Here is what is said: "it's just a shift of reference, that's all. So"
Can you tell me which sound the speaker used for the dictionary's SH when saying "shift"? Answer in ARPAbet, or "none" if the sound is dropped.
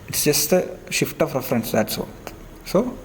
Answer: SH